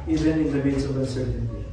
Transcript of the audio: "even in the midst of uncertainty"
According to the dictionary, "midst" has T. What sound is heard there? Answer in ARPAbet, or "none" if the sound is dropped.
none